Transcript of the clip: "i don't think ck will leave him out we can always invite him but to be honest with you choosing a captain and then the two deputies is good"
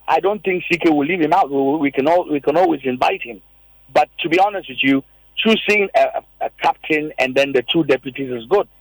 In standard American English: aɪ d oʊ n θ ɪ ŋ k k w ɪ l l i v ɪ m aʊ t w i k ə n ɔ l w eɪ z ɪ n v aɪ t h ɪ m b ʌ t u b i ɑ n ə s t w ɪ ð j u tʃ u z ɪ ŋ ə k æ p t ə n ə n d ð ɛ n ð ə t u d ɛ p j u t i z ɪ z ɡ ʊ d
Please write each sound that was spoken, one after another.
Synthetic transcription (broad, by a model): aɪ d oʊ n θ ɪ ŋ k k w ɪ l l i v ɪ m aʊ t w i k ə n ɔ l w eɪ z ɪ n v aɪ t h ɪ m b ʌ t u b i ɑ n ə s t w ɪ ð j u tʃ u s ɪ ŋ ə k æ p t ə n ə n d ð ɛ n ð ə t u d ɛ p j u t i z ɪ z ɡ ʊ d